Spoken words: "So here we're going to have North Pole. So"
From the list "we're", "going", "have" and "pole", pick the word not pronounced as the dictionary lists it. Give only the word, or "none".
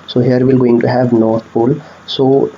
we're